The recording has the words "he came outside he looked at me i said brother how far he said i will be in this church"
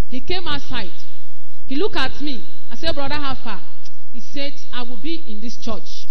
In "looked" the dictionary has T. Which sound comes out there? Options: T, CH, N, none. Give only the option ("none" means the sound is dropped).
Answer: none